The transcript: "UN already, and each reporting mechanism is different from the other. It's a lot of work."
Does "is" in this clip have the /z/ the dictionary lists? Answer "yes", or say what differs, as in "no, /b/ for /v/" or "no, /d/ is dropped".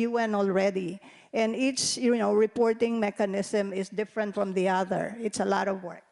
no, /s/ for /z/